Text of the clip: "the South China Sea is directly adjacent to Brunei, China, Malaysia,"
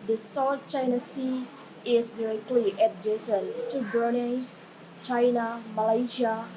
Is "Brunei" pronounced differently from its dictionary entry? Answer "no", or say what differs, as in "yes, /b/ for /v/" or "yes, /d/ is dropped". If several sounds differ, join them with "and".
yes, /ɹ/ is dropped